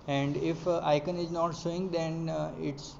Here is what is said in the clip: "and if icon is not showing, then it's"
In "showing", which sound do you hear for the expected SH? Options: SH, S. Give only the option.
S